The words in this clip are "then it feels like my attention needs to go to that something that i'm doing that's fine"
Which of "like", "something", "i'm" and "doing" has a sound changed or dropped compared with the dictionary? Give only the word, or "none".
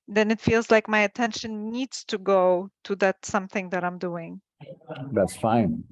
none